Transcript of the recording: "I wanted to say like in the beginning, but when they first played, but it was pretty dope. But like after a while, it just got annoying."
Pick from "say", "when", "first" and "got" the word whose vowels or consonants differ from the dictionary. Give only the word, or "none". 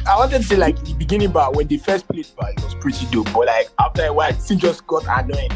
none